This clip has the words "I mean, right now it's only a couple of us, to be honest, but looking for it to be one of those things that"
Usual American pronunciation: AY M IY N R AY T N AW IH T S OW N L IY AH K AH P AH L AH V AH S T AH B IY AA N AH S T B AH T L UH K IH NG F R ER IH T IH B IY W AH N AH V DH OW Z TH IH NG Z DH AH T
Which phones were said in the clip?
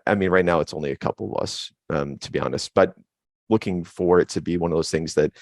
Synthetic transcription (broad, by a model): AY M IY N R AY T N AW IH T S OW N L IY AH K AH P L AH V AH S T AH B IY AA N AH S T B AH T L UH K IH NG F R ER IH T IH B IY W AH N AH V DH OW Z TH IH NG Z DH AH T